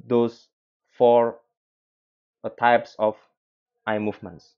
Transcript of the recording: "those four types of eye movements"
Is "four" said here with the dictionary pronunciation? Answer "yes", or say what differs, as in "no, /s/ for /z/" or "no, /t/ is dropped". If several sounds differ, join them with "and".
yes